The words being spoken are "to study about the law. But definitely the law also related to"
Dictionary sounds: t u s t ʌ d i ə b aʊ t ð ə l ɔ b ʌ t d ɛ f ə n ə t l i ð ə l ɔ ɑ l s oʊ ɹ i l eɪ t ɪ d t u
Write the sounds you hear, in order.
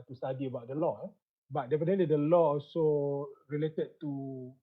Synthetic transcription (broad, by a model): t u s t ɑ d i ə b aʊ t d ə l ɔ b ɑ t d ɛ p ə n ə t l i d ə l ɔ ɑ l s oʊ ɹ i l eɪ t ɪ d t u